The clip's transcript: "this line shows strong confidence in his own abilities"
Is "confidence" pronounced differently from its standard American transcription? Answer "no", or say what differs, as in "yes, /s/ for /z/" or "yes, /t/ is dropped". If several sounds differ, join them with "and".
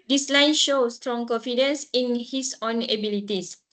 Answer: no